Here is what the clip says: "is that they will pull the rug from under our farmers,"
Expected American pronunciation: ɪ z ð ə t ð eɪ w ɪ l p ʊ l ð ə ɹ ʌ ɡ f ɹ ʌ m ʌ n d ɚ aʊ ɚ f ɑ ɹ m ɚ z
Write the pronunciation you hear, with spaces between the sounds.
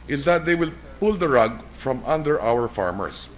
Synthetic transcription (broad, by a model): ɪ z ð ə t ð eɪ w ɪ l p ʊ l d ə ɹ ʌ ɡ f ɹ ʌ m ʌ n d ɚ aʊ ɚ f ɑ ɹ m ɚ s